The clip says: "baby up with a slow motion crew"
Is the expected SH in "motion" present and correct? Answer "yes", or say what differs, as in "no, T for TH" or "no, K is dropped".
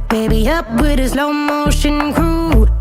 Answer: yes